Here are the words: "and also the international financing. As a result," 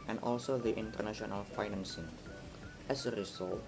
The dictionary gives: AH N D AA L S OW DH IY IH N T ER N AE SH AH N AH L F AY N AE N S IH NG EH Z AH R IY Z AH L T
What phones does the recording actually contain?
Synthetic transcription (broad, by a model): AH N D AA L S OW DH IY IH N T ER N AE SH AH N AH L F AY N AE N S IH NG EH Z AH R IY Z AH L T